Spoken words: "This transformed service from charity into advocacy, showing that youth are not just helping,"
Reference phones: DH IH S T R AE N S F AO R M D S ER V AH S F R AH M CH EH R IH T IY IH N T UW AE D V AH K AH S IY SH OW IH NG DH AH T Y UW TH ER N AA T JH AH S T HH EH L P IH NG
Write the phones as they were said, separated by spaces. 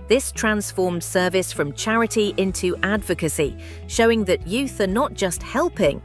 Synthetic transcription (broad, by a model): DH IH S T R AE N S F AO M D S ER V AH S F R AH M CH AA R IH T IY IH N T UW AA D V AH K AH S IY SH OW IH NG DH AH T Y UW TH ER N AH T JH AH S T HH EH L P IH NG